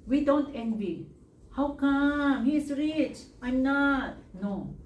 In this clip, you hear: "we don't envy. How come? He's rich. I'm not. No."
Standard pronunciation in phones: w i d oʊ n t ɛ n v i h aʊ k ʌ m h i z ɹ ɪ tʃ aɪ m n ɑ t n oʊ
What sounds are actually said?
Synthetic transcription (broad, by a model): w i d oʊ n t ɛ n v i h aʊ k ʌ m h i s ɹ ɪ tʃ aɪ m n ɑ t n oʊ